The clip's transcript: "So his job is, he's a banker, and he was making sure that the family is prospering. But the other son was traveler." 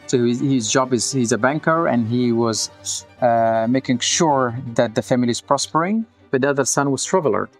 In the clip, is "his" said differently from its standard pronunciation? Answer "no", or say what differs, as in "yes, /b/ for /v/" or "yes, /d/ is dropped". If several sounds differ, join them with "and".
no